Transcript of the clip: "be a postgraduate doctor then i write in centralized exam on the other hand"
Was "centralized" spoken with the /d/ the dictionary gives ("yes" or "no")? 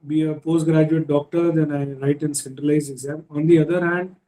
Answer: no